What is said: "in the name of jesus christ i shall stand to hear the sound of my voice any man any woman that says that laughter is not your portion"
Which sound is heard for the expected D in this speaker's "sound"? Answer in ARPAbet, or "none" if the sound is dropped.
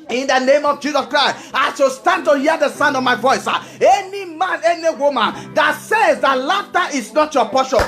D